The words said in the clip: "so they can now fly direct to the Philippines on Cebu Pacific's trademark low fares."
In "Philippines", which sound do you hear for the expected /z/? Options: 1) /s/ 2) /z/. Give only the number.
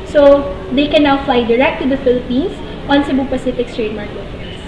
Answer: 1